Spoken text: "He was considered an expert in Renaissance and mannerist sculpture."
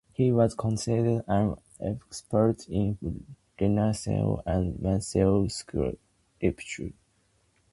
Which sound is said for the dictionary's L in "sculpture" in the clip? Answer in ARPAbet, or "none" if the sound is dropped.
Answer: none